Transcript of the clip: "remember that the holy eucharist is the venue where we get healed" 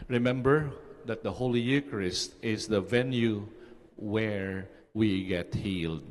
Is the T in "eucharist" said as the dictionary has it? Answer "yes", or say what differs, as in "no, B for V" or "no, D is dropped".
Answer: yes